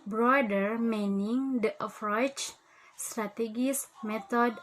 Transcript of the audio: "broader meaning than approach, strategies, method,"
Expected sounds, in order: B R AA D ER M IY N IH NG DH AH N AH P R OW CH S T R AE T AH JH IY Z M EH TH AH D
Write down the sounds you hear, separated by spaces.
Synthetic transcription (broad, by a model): B R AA D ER M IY N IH NG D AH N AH F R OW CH S T R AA T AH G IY S M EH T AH D